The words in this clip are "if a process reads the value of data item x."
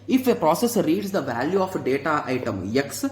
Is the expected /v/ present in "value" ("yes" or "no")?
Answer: yes